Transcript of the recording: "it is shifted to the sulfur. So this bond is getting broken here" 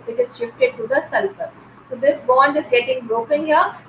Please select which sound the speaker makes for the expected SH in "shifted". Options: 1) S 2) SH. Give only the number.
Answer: 2